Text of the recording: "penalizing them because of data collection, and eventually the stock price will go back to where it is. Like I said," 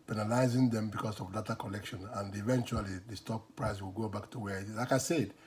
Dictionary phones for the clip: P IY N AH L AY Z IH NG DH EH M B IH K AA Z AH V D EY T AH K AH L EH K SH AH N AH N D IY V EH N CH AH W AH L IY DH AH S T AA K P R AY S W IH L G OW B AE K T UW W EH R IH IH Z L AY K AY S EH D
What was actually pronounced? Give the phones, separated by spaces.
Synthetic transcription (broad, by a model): P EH N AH L AY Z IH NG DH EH M B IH K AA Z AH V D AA T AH K AH L EH K SH AH N AH N D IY V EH N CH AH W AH L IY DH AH S T AA K P R AY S W IH L G OW B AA K T UW W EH L IH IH K AY S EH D